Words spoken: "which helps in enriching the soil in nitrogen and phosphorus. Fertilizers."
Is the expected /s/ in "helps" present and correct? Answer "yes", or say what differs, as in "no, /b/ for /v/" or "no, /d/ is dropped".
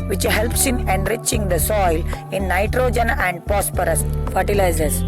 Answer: yes